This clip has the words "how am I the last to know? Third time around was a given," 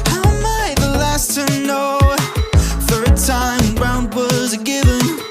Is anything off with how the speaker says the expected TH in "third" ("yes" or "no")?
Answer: no